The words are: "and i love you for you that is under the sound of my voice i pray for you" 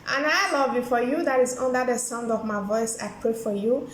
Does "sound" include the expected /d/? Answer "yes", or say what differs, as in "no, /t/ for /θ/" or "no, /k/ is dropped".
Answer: yes